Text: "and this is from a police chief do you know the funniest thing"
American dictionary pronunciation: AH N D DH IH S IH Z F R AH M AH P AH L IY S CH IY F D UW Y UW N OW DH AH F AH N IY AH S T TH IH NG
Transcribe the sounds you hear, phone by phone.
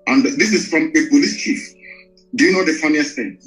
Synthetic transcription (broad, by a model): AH N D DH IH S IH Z F R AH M AH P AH L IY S CH IY F D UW Y UW N OW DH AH F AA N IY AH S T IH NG